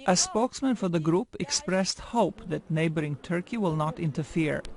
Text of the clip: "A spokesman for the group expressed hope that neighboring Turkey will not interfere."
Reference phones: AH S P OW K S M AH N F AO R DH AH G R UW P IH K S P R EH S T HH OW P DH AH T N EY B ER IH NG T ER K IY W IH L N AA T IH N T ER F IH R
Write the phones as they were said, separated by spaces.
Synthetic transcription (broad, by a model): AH S P OW K S M AH N F AO R DH AH G R UW P IH K S P R EH S T HH OW P DH AH T N EY B ER IH NG T ER K IY W IH L N AA T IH N T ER F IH R